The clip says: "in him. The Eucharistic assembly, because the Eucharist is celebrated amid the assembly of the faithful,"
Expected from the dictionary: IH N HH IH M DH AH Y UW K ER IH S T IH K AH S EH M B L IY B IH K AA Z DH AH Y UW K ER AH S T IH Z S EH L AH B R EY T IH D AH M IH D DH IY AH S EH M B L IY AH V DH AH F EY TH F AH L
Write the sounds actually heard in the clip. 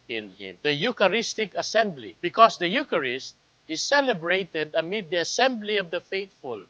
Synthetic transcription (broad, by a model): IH N HH IH M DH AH Y UW K ER IH S T IH K AH S EH M B L IY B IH K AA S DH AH Y UW K ER AH S T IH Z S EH L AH B R EY T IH D AH M IH D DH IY AH S EH M B L IY AH V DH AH F EY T F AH L